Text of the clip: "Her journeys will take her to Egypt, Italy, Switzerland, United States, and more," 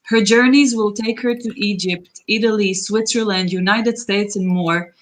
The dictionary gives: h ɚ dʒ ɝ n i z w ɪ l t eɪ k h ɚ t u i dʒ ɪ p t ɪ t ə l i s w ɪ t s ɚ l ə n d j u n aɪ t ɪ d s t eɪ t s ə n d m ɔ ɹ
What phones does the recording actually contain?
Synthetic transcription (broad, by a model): h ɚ dʒ ɝ n i z w ɪ l t eɪ k h ɚ t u i dʒ ɪ p t ɪ t ə l i s w ɪ t s ɚ l ə n d j u n aɪ t ɪ d s t eɪ t s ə n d m ɔ ɹ